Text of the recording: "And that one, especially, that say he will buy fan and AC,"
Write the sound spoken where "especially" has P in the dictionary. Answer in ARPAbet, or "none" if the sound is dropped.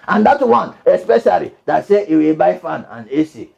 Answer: P